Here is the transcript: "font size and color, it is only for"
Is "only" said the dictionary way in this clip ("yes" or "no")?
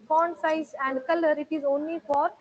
yes